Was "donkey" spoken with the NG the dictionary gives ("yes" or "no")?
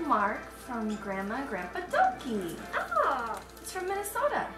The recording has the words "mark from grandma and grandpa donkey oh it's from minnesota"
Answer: no